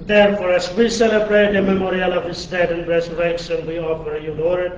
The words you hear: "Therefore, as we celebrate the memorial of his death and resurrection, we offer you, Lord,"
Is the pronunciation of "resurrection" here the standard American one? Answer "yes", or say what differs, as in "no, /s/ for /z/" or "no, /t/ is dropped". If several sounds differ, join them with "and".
no, /s/ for /ʃ/